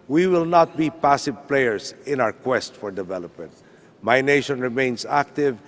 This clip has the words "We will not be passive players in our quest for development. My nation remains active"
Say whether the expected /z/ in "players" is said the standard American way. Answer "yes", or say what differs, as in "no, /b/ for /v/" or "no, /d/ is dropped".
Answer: no, /s/ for /z/